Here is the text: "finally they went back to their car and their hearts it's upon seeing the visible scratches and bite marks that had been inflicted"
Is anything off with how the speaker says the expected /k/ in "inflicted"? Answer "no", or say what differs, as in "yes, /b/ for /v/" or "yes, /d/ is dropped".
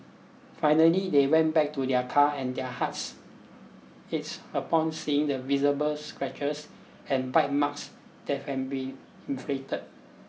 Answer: yes, /k/ is dropped